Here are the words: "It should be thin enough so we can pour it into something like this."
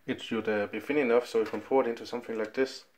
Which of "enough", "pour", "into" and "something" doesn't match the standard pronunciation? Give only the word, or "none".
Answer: pour